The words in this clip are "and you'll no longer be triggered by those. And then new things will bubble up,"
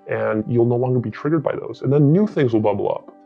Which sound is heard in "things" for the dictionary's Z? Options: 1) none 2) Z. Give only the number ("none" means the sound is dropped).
2